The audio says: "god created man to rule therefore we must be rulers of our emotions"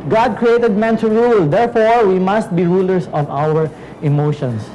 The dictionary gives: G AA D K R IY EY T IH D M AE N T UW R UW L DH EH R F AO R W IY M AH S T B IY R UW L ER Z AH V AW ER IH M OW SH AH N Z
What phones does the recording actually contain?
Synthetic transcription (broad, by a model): G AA D K R IY EY T IH D M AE N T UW R UW L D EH R F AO R W IY M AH S T B IY R UW L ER S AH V AW ER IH M OW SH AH N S